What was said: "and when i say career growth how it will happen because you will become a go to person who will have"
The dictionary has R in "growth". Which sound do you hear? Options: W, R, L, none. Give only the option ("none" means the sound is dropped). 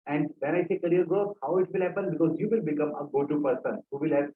none